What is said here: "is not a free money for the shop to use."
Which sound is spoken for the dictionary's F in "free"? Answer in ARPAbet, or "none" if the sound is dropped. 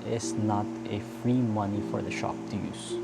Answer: F